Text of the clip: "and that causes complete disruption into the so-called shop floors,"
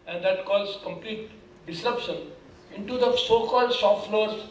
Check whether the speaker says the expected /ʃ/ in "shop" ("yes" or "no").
no